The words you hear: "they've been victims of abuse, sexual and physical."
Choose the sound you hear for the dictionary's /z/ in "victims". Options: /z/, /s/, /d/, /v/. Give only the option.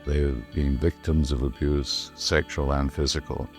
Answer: /z/